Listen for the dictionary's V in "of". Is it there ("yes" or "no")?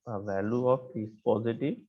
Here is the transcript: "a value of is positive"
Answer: no